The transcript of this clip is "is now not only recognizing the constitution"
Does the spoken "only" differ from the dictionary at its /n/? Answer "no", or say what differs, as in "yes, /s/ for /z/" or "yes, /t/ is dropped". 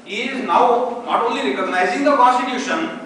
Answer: yes, /n/ is dropped